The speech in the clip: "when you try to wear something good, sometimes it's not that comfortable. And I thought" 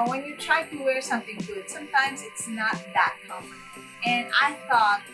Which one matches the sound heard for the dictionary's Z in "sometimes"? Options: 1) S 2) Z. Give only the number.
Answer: 2